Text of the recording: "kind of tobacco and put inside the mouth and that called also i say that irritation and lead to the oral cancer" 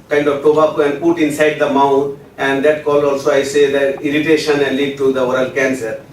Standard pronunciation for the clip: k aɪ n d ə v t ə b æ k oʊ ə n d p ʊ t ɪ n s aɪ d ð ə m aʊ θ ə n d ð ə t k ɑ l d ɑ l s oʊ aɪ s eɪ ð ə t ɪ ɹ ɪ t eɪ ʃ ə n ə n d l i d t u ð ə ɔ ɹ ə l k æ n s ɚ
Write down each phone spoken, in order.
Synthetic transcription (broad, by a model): k aɪ n d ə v t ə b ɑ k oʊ ə n d p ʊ t ɪ n s aɪ d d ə m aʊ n ə n d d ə t k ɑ l ɑ l s oʊ aɪ s eɪ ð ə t ɪ ɹ ɪ t eɪ ʃ ə n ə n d l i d t u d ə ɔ ɹ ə l k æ n s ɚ